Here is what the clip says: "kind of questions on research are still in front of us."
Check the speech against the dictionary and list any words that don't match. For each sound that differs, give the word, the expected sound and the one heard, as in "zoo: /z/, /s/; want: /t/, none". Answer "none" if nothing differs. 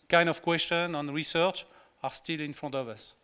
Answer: questions: /z/, none